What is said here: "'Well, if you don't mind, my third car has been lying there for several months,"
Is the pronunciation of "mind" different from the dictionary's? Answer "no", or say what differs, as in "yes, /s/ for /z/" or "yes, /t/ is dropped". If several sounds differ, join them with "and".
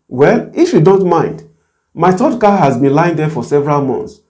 no